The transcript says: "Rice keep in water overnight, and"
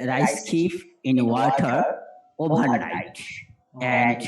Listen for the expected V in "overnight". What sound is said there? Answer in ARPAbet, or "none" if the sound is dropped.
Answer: B